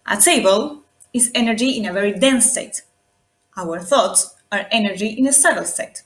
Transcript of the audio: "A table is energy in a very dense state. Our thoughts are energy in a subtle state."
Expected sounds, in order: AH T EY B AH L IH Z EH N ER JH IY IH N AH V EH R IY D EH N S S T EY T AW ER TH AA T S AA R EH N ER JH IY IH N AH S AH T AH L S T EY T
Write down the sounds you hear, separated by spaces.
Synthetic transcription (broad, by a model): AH T EY B AH L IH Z EH N ER JH IY IH N AH V EH R IY D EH N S S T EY T AW ER TH AA T S AA R EH N ER JH IY IH N AH S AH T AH L S T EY T